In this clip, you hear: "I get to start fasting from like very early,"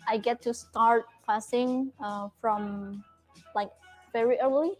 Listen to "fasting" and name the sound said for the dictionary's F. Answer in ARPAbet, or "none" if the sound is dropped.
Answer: P